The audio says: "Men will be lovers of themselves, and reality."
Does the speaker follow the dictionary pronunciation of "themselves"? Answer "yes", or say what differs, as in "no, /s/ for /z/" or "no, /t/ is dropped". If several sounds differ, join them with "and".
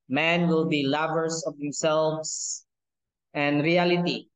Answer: no, /s/ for /z/